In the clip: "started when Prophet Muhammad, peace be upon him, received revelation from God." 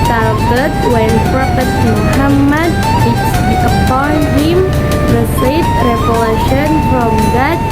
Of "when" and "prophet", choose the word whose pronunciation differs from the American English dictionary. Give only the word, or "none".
prophet